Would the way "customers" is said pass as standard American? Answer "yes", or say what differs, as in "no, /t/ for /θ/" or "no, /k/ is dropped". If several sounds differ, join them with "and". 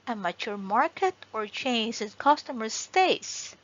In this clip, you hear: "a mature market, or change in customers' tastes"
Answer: no, /s/ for /z/